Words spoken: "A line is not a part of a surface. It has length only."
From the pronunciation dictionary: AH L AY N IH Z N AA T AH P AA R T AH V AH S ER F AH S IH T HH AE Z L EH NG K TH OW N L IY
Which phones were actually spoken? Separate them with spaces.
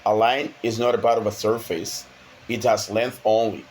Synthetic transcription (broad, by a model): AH L AY N IH Z N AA T AH B AA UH T AH V AH S ER F AH S IH T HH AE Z L EH NG K TH OW N L IY